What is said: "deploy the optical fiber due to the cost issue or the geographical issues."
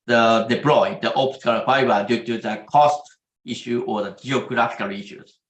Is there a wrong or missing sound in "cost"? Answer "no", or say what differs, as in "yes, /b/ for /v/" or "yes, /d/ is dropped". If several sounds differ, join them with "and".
no